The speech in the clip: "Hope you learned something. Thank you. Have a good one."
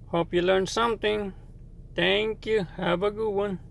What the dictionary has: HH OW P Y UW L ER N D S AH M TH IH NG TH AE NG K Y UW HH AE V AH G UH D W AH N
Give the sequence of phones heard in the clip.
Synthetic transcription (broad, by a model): HH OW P Y UW L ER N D S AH M T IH NG T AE NG K Y UW HH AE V AH G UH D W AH N